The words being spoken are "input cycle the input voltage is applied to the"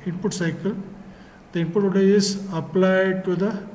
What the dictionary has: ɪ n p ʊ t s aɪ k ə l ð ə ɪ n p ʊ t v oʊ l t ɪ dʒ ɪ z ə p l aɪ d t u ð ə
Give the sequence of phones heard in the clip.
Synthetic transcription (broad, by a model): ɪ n p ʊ t s aɪ k ə l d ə ɪ n p ʊ t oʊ t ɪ ɪ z ə p l aɪ d t u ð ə